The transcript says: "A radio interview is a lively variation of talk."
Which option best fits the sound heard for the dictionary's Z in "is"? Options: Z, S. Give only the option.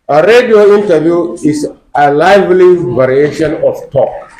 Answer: S